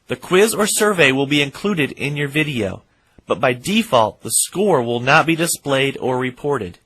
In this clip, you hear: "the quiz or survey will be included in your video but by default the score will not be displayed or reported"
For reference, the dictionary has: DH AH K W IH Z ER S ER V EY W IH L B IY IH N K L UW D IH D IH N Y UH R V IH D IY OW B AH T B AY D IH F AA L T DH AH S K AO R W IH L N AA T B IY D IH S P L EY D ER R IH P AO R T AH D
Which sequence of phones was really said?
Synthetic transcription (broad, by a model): DH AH K W IH Z ER S ER V EY W IH L B IY IH N K L UW D IH D IH N Y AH R V IH D IY OW B AH T B AY D IH F AA L T DH AH S K AO R W IH L N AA T B IY D IH S P L EY D ER R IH P AO R T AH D